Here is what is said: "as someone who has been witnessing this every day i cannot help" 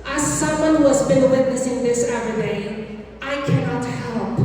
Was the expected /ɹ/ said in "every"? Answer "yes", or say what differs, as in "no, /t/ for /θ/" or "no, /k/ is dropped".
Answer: no, /ɹ/ is dropped